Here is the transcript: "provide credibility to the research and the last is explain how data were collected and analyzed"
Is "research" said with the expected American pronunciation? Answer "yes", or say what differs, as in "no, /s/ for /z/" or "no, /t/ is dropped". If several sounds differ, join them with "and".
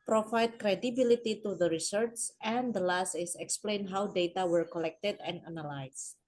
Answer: no, /s/ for /tʃ/